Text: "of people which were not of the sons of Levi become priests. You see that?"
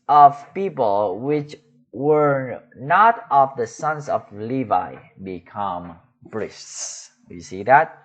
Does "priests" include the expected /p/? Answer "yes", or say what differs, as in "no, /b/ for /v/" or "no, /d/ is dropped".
no, /b/ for /p/